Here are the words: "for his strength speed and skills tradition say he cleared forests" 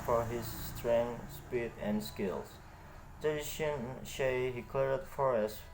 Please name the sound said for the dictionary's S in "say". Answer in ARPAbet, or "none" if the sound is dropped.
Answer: SH